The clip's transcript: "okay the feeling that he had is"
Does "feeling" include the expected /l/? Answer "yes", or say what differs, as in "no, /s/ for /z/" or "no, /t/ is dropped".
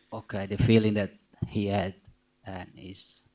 yes